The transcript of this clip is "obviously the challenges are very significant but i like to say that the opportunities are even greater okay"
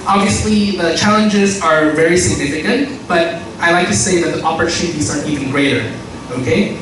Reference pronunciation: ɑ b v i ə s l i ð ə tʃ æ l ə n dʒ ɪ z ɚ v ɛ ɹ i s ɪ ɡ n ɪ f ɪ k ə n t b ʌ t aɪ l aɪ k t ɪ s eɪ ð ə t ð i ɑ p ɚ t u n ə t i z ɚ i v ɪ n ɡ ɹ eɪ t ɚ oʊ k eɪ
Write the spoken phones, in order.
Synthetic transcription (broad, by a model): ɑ b v i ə s l i ð ə tʃ æ l ə n dʒ ɪ z ɚ v ɛ ɹ i s ɪ ɡ n ɪ f ɪ k ə n t b ʌ t aɪ l aɪ k t ɪ s eɪ ð ə t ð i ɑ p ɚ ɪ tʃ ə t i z ɚ i v ɪ n ɡ ɹ eɪ t ɚ oʊ k eɪ